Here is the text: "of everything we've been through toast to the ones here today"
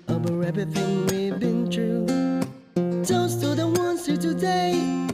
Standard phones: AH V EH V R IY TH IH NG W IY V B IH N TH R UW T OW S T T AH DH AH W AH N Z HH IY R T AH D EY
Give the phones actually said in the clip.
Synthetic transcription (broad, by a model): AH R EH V IY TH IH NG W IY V B IH N T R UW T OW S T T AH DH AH W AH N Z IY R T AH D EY